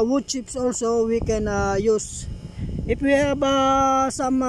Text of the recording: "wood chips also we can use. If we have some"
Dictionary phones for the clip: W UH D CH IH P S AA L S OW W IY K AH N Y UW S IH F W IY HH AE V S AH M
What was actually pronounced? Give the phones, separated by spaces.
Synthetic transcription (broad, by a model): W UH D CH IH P S AA L S OW W IY K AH N Y UW S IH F W IY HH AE B S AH M